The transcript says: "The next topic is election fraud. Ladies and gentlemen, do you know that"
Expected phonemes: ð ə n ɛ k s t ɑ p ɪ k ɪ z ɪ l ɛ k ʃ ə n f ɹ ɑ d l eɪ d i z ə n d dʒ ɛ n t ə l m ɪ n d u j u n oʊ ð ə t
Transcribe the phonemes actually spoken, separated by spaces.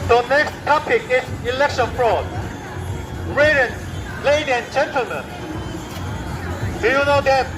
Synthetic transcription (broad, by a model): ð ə n ɛ k s t ɑ p ɪ k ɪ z ɪ l ɛ k ʃ ə n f ɹ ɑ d l eɪ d i ə n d dʒ ɛ n t ə l m ɪ n d u j u n oʊ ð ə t